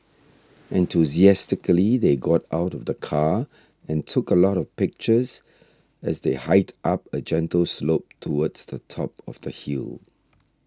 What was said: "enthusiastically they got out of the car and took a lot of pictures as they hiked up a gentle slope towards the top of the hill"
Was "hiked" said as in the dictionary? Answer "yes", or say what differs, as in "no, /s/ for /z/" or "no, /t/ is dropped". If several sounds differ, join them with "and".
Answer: no, /k/ is dropped